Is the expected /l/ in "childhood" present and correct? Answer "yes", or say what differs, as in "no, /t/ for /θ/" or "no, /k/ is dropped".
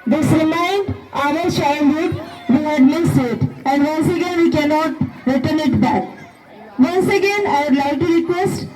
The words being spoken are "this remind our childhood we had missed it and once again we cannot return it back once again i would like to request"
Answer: no, /n/ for /l/